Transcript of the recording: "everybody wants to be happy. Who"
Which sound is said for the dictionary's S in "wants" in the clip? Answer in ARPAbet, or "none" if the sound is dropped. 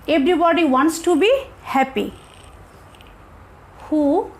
S